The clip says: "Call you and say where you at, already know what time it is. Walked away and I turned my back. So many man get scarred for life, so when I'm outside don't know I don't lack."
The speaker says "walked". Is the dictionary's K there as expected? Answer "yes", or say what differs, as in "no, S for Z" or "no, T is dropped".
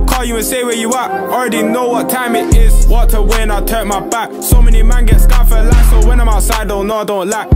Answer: no, K is dropped